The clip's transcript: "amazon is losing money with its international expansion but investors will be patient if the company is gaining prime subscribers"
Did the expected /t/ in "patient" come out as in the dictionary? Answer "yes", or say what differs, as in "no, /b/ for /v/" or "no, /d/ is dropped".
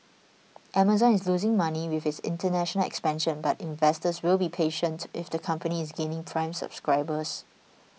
yes